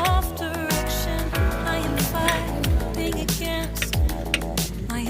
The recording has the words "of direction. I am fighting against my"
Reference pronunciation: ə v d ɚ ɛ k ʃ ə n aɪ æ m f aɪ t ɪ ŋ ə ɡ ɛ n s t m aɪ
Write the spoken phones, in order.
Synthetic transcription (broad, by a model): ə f d ɚ ɛ k ʃ ə n aɪ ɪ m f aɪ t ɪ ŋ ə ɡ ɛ n s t m aɪ